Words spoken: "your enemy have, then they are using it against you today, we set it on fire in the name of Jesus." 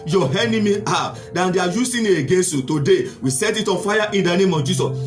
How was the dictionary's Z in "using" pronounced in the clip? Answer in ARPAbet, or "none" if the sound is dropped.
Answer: S